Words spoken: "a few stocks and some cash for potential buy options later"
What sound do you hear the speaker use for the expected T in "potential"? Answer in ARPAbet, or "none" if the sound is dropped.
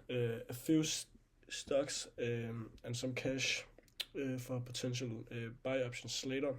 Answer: S